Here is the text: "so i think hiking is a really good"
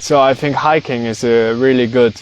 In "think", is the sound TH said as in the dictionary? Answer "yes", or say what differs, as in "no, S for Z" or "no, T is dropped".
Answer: yes